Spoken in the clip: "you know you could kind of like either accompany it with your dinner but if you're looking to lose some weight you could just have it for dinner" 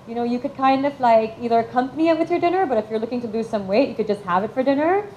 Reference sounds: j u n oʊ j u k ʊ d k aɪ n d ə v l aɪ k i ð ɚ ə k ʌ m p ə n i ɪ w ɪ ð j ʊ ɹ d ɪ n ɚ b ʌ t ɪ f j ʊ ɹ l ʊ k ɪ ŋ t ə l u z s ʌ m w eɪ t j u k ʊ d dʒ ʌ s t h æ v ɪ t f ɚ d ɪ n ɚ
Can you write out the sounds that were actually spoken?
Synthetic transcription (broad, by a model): j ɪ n oʊ j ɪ k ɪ d k aɪ n d ə v l aɪ k i ð ɚ ə k ʌ m p ə n i ɪ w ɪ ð j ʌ ɹ d ɪ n ɚ b ʌ t ɪ f j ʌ ɹ l ʊ k ɪ ŋ t ə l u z s ʌ m w eɪ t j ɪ k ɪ d dʒ ʌ s t h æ v ɪ t f ɚ d ɪ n ɚ